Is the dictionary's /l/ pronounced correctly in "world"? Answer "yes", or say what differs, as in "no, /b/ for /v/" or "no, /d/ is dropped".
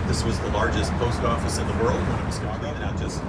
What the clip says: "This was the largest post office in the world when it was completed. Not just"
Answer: yes